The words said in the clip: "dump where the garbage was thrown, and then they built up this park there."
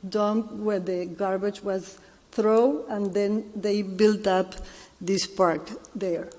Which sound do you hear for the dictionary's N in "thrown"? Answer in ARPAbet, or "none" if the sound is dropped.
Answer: none